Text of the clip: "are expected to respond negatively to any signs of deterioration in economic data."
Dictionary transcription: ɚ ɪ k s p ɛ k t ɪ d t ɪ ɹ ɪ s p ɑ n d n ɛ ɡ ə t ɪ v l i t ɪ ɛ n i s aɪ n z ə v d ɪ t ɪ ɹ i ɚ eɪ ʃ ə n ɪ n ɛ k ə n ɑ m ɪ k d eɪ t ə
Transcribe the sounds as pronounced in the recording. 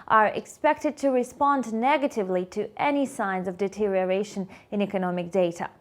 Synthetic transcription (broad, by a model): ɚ ɪ k s p ɛ k t ɪ d t ɪ ɹ ɪ s p ɑ n d n ɛ ɡ ə t ɪ v l i t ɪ ɛ n i s aɪ n z ə v d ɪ t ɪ ɹ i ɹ eɪ ʃ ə n ɪ n ɛ k ə n ɑ m ɪ k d eɪ t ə